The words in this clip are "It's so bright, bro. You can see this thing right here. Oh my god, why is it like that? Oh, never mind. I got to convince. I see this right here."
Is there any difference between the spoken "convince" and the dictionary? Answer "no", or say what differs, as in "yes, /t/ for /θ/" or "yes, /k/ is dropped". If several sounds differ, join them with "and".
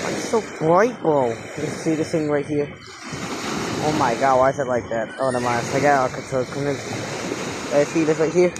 yes, /v/ is dropped